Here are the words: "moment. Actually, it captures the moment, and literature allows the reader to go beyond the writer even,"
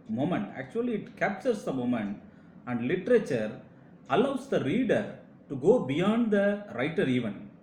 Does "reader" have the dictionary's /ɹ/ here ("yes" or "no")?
yes